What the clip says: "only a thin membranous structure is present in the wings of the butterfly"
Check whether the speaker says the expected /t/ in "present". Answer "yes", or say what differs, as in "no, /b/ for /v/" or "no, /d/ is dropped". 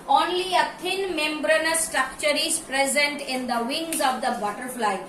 yes